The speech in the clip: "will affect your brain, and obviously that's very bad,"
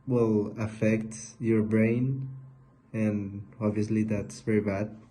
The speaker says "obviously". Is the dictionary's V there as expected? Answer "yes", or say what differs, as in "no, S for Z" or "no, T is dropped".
yes